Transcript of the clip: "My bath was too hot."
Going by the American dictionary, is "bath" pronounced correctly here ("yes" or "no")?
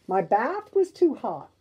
yes